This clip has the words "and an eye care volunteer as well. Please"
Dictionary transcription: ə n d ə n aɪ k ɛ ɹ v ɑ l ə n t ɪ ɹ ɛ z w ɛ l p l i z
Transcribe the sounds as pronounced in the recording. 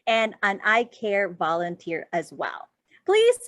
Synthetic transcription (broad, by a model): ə n ə n aɪ k ɛ ɹ v ɑ l ə n t ɪ ɹ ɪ z w ɛ l p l i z